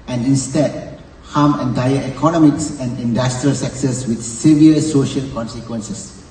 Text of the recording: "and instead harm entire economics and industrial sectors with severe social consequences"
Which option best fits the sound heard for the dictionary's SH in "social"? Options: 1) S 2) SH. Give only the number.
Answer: 2